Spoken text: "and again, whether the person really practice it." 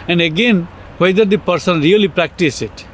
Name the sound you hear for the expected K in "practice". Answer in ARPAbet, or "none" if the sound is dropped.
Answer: K